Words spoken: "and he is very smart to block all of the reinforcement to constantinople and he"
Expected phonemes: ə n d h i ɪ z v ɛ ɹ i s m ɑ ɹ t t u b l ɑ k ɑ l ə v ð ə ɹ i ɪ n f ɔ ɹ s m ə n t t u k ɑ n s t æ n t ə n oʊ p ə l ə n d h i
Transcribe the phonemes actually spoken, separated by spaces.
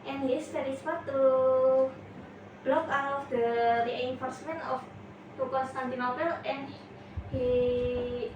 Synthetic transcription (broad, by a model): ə n h i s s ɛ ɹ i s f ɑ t t u b l ɑ k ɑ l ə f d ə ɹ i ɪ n f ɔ ɹ s m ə n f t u k ɑ n s t æ n t ə n oʊ p ə l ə n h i